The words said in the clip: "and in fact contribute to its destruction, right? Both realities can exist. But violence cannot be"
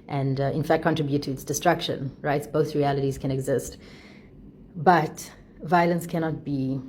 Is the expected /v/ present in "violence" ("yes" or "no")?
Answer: yes